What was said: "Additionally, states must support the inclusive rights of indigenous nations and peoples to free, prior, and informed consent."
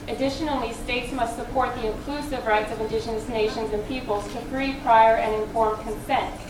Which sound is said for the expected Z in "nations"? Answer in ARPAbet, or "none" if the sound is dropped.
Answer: Z